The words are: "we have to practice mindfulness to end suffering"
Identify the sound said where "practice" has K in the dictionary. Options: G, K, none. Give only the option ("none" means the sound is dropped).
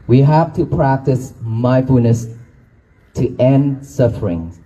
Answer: K